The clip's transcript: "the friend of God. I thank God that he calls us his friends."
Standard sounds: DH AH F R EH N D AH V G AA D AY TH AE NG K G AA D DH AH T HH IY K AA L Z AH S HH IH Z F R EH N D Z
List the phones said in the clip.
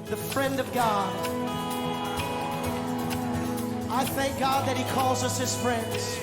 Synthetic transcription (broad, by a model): DH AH F R EH N D AH V G AA D AY TH AE NG K G AA D DH AH T HH IY K AA L Z AH S HH IH Z F R EH N D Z